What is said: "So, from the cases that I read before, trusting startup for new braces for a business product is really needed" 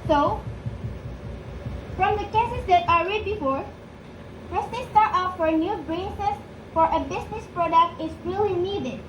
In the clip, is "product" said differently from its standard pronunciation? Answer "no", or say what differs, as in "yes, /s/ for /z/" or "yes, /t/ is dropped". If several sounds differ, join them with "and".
no